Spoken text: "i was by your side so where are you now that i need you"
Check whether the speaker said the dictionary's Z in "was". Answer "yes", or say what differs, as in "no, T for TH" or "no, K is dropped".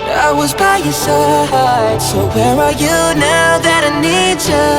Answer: yes